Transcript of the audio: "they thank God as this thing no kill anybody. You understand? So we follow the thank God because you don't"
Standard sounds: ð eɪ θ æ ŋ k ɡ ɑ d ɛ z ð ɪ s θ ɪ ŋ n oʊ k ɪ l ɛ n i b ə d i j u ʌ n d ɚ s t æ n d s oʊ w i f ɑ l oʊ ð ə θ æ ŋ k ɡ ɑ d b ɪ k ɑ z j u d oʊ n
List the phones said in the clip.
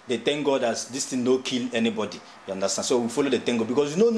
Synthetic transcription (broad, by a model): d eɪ t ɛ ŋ ɡ ɑ d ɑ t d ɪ s t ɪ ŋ n oʊ k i l ɛ n i b ə d i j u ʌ n d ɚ s t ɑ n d s oʊ w i f ɑ l oʊ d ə t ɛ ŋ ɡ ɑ b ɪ k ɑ s j u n oʊ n